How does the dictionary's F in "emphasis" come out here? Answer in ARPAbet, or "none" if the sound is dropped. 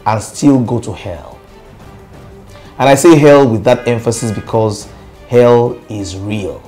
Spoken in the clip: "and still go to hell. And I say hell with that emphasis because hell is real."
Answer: F